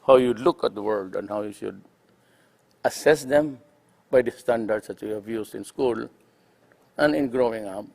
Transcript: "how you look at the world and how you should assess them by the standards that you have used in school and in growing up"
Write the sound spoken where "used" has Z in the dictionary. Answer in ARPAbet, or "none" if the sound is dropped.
S